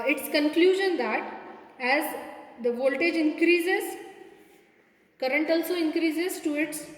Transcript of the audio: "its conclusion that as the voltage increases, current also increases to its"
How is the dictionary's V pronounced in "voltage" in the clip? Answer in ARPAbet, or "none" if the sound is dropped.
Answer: V